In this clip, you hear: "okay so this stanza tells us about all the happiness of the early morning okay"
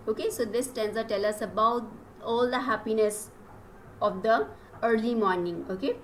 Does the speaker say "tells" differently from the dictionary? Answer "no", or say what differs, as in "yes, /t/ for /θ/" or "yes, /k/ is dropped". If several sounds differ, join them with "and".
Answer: yes, /z/ is dropped